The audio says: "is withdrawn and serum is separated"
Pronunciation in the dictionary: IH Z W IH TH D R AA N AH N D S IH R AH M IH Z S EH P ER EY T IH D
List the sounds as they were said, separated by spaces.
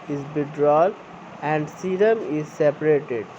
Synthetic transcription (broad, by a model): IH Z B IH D R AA L AH N D S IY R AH M IH Z S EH P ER EY T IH D